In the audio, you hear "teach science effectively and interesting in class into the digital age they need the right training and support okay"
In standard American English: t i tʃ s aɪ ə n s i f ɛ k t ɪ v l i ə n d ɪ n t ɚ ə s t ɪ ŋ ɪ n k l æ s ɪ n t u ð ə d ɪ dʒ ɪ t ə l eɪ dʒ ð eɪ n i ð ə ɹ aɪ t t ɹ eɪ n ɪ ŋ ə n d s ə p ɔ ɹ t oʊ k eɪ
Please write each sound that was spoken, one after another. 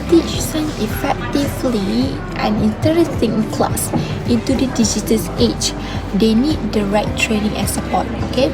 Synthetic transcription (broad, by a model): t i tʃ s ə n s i f ɛ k t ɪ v l i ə n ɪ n t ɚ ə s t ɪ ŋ k l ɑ s ɪ n t u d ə d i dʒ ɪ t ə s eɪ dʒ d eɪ n i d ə ɹ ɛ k t ɹ eɪ n ɪ ŋ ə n s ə p ɔ t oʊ k eɪ